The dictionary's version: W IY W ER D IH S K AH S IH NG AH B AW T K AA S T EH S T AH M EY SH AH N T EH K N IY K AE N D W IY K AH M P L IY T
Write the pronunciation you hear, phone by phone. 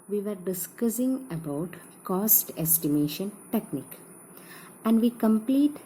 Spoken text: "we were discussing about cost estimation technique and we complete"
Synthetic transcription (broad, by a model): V IY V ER D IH S K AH S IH NG AH B AW T K AA S T EH S T AH M EY SH AH N T EH K N IY K AE N D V IY K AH M P L IY T